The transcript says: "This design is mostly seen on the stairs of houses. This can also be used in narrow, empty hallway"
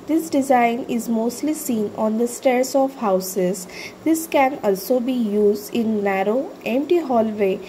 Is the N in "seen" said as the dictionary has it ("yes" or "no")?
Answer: yes